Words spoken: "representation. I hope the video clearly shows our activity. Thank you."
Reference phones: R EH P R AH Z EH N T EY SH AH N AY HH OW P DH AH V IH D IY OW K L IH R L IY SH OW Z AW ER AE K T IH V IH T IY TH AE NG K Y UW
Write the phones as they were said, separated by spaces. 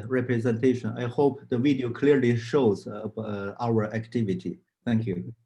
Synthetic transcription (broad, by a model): R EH P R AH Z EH N T EY SH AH N AY HH OW P DH AH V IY D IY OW K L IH R L IY SH OW Z AW ER AE K T IH V IH T IY TH AE NG K Y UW